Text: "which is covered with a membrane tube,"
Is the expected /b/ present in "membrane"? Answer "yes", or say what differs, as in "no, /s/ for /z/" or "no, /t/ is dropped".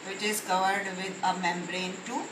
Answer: yes